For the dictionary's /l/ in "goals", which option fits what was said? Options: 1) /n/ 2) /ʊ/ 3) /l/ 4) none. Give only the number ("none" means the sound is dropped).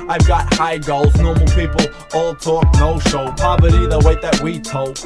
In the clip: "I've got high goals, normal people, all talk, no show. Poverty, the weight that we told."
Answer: 3